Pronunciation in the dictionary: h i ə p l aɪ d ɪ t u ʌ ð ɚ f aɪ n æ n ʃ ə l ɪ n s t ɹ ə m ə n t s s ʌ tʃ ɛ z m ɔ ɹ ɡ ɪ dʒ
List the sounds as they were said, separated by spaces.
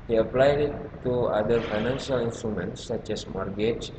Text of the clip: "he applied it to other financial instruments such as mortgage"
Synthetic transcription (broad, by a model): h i ə p l aɪ d ɪ t u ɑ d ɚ f aɪ n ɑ n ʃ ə l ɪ n s t ɹ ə m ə n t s s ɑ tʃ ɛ s m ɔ ɹ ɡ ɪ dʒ